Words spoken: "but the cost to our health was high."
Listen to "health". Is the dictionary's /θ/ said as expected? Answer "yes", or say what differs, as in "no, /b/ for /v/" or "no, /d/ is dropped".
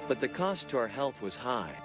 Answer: yes